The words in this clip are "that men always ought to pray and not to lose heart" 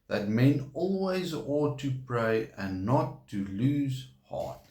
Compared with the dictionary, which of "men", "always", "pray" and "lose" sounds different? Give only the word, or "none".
none